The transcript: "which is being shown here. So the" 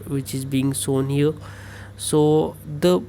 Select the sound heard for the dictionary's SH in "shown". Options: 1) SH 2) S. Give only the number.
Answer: 2